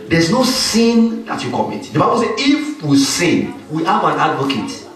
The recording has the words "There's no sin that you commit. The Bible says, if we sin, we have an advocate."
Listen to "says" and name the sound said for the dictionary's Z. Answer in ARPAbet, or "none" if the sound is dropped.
none